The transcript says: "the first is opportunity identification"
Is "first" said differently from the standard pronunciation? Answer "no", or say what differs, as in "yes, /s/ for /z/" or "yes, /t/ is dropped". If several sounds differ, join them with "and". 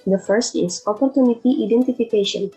no